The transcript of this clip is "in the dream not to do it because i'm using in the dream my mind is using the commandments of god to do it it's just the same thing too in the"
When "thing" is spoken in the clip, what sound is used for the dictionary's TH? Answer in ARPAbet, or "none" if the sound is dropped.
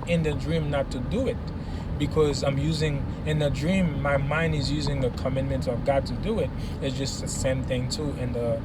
TH